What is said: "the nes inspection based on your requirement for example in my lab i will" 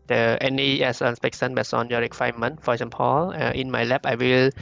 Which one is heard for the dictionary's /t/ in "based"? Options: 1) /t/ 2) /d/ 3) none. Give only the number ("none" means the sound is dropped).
3